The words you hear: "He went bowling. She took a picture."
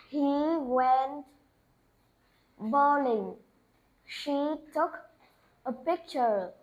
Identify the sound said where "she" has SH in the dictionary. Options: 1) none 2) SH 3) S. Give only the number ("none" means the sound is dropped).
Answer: 2